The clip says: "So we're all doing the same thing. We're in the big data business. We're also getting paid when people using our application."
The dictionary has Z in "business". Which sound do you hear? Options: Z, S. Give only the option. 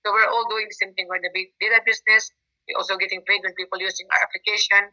S